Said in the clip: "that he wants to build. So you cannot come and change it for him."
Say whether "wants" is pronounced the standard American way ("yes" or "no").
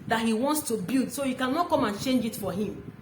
yes